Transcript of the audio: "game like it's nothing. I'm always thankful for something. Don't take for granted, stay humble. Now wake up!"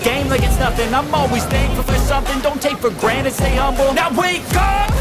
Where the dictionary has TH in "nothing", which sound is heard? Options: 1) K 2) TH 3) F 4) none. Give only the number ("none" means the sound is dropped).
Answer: 3